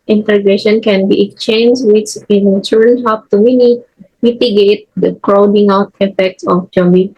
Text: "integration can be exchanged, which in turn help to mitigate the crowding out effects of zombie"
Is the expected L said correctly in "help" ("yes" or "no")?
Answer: no